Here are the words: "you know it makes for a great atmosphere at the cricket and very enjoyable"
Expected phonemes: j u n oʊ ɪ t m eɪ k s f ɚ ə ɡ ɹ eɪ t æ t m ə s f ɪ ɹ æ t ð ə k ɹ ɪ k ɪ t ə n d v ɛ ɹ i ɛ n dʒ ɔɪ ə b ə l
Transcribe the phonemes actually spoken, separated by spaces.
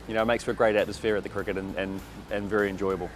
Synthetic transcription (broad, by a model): j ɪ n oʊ ɪ t m eɪ k s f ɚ ə ɡ ɹ eɪ t æ t m ə s f ɪ ɹ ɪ t ð ə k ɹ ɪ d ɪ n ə n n v ɛ ɹ i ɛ n dʒ ɔɪ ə b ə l